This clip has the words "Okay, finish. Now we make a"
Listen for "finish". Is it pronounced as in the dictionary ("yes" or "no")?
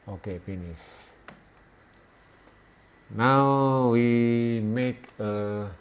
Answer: no